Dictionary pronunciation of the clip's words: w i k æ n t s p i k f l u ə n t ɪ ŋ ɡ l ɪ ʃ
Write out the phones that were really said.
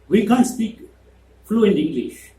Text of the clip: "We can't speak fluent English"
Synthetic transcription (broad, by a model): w i k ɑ n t s p i k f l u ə n ɪ ŋ ɡ l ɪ ʃ